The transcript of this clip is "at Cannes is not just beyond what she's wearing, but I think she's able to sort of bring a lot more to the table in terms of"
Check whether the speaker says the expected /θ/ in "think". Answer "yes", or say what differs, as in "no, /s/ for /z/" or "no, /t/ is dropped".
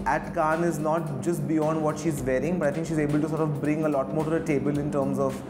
no, /t/ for /θ/